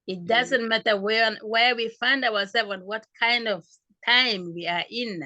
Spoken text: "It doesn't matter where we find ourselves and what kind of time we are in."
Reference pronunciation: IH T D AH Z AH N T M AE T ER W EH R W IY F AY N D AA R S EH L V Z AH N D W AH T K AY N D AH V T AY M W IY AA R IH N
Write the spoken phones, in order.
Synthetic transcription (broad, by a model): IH T D AH Z AH N T M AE T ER W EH W W IY F AY N D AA W S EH L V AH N W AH T K AY N D AH V T AY M W IY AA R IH N